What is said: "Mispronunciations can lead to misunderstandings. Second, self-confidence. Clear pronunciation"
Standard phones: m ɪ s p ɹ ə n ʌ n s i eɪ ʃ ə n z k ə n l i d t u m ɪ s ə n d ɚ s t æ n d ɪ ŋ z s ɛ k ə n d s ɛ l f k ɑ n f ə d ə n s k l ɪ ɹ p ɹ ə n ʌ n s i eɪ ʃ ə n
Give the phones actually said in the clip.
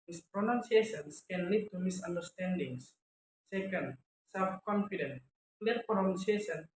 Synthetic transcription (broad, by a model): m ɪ s p ɹ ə n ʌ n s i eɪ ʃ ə n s k ə n l i d t u m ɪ s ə n d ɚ s t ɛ n d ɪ ŋ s s ɛ k ə n d s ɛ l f k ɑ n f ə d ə n k l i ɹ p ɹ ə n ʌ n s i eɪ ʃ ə n